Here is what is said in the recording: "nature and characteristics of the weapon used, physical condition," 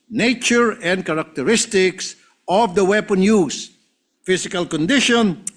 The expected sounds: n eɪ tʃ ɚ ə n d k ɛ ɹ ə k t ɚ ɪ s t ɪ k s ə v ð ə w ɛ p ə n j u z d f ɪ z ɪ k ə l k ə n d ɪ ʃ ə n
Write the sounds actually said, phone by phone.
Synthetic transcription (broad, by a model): n eɪ tʃ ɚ ə n d k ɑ ɹ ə k t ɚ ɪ s t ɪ k s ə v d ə w ɛ p ə n j u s f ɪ s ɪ k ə l k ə n d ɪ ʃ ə n